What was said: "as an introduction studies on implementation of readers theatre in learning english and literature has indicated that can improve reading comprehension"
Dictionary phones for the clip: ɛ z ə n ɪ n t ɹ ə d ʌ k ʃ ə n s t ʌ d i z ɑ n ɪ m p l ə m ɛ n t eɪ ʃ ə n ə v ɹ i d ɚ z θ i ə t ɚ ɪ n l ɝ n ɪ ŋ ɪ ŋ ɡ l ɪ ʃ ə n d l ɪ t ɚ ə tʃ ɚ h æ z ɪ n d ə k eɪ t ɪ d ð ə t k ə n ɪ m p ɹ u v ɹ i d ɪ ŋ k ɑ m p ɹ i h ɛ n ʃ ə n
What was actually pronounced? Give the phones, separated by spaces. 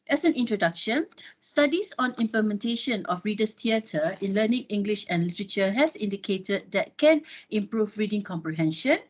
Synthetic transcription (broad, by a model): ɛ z ə n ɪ n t ɹ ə d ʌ k ʃ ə n s t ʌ d i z ɑ n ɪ m p l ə m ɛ n t eɪ ʃ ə n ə f ɹ i d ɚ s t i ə t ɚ ɪ n l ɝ n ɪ ŋ ɪ ŋ ɡ l ɪ ʃ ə n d l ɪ t ɚ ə tʃ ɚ h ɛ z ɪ n d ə k eɪ t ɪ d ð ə t k ə n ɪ m p ɹ u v ɹ i d ɪ ŋ k ɑ m p ɹ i h ɛ n ʃ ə n